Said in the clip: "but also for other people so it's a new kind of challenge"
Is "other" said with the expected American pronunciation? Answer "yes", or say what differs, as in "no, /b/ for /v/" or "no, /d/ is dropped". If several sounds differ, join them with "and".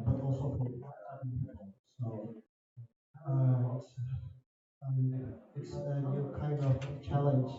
no, /ð/ is dropped